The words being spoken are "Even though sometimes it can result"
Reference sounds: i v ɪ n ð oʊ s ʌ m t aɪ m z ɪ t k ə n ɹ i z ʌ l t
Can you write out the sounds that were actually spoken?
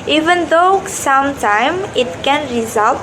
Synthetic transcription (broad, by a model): i v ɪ n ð oʊ s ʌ m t aɪ m ɪ t k ə n ɹ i z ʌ l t